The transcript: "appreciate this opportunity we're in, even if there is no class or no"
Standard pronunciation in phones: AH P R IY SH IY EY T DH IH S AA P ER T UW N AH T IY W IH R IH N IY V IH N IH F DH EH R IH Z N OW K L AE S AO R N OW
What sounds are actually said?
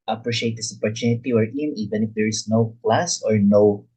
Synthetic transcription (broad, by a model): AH P R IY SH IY EY T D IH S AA P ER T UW N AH T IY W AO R IH N IY V IH N IH F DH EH R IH S N OW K L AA S AO R N OW